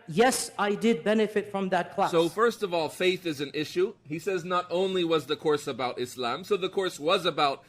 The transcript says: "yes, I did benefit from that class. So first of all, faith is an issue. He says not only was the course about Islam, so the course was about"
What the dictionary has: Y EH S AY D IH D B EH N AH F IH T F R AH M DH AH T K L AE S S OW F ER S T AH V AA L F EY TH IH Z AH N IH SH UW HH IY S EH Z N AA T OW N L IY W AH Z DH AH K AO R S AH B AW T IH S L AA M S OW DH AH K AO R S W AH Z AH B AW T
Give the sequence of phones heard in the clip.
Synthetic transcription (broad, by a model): Y EH S AY D IH D B EH N AH F IH T F R AH M DH AH T K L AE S S OW F ER S T AH V AA L F EY TH IH Z AH N IH SH UW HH IY S EH Z N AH T OW N L IY W AH Z DH AH K AO R S AH B AW T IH S L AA M S OW DH AH K AO R S W AH Z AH B AW T